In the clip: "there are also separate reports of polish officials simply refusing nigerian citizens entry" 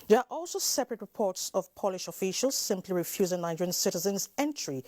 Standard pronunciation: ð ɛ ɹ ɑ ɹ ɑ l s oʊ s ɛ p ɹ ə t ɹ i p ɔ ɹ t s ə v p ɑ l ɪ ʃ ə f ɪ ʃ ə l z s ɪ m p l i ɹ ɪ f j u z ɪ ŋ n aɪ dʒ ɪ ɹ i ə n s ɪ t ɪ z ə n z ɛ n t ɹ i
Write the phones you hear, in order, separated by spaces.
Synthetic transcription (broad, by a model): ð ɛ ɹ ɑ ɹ ɑ l s oʊ s ɛ p ɹ ə t ɹ i p ɔ ɹ t s ə v p ɑ l ɪ ʃ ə f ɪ ʃ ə l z s ɪ m p l i ɹ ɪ f j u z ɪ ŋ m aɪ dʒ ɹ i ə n s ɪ t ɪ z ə n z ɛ n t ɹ i